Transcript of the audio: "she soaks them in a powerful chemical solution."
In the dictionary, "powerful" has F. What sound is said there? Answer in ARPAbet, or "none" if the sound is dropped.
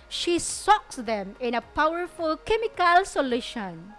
F